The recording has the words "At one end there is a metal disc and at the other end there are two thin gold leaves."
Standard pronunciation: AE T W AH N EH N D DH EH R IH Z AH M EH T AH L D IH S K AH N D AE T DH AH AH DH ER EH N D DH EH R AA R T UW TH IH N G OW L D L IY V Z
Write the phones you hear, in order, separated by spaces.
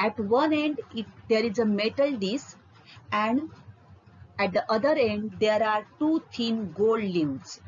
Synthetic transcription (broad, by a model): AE T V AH N EH N D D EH R IH Z AH M EH T AH L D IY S AH N D AE T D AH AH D ER EH N D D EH R AA R T UW T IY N G OW L D L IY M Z